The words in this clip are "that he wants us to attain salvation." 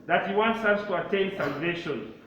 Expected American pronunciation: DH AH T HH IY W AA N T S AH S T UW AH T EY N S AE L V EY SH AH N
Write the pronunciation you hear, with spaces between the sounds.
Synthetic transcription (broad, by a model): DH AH T HH IY W AA N T S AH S T UW AH T EY N S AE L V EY SH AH N